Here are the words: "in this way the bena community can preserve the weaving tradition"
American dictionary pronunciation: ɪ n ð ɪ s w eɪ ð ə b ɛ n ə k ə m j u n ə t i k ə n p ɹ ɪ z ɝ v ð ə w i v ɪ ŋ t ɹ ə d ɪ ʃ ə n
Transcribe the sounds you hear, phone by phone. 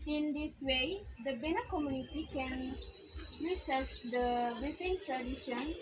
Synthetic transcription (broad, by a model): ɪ n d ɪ s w eɪ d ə b ɛ n ə k ə m j u n ə t i k ə n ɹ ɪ s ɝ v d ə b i f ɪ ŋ t ɹ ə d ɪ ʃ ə n